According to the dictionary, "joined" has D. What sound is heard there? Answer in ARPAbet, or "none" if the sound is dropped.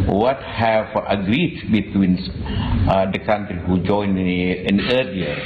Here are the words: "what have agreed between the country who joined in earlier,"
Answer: none